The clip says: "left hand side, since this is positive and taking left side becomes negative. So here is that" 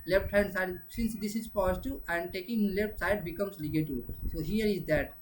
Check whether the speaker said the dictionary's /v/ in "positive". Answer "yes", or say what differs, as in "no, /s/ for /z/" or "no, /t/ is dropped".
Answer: no, /v/ is dropped